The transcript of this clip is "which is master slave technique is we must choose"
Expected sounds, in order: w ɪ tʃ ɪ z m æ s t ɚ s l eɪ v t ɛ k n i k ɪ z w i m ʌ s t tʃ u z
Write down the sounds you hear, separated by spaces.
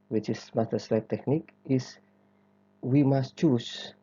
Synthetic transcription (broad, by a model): w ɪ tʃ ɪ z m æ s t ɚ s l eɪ p t ɛ k n i k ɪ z w i m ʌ s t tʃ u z